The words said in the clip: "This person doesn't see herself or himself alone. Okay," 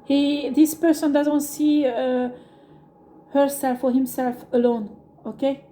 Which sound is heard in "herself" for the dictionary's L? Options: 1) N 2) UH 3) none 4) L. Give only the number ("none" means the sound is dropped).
4